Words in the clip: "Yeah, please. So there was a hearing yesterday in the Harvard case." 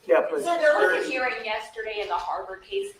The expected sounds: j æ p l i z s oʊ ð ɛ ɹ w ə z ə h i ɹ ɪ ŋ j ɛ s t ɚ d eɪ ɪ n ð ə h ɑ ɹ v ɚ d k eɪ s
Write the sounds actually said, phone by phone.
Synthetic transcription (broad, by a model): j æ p ʌ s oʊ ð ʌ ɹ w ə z ə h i ɹ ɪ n j ɛ s t ɚ d eɪ ɪ n ð ə h ɑ ɹ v ɚ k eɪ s